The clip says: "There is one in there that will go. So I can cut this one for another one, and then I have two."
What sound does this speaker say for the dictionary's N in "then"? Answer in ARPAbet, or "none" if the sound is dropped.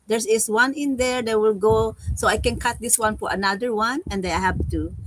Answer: none